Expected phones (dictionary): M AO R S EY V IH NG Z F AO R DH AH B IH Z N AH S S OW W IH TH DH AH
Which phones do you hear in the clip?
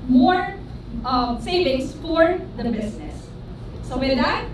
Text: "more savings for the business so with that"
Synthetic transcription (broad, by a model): M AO R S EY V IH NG S F AO R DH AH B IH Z N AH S S OW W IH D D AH